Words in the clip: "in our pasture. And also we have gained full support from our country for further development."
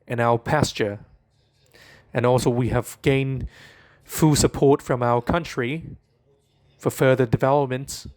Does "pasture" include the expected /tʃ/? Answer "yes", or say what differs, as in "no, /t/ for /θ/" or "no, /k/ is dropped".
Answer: yes